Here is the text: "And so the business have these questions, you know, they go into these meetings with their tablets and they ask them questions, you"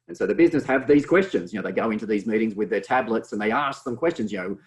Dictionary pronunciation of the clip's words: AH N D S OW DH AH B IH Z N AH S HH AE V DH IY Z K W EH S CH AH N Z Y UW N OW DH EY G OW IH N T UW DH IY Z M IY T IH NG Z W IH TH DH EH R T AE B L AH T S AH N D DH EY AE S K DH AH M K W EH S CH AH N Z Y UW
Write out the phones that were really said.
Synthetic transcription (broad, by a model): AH N S OW DH AH B IH Z N AH S HH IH V DH IY Z K W EH S CH AH N Z Y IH N OW DH EY G OW IH N T UW DH IY Z M IY T IH NG Z W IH DH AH R T AE B L AH T S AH N DH EY AE S K DH AH M K W EH S CH AH N Z Y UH